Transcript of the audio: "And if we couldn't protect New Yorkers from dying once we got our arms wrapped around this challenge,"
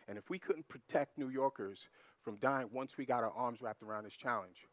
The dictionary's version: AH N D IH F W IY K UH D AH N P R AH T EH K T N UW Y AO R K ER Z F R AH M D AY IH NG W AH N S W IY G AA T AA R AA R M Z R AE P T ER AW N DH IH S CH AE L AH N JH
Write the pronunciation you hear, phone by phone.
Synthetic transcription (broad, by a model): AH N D IH F W IY K UH D N P R AH T EH K T N UW Y AO R K ER Z F R AH M D AY IH NG W AH N S W IY G AA T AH R AA R M Z R AE P T ER AW N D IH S CH AE L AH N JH